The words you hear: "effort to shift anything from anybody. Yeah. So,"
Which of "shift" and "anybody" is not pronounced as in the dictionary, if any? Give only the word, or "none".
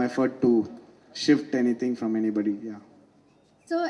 none